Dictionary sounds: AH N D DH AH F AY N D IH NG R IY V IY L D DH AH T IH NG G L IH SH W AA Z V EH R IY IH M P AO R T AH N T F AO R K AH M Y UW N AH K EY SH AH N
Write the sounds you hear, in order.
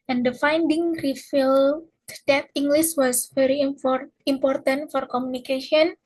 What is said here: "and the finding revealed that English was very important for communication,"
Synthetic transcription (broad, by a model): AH N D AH F AY N D IH NG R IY F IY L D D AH T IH NG G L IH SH W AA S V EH R IY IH M P AO R T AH N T F AO R K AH M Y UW N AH K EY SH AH N